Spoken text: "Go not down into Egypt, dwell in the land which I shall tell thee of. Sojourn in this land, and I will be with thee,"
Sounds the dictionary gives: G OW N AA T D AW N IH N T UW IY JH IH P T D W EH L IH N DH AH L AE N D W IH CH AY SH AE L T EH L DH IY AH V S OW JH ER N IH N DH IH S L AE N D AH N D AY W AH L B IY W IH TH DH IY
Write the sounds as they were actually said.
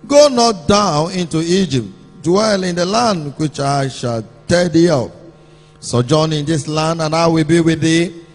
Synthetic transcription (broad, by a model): G OW N AA T D AW N IH N T UW IY JH IH P T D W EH L IH N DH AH L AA N D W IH CH AY SH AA L T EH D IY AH P S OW JH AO N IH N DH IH S L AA N D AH N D AY W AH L B IY W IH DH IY